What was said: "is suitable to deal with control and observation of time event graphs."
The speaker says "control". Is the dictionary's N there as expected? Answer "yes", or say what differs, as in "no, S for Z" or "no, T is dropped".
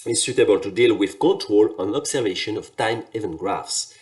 yes